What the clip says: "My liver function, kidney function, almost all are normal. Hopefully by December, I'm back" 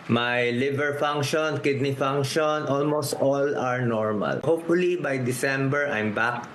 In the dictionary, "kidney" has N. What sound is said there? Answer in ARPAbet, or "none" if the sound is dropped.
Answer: N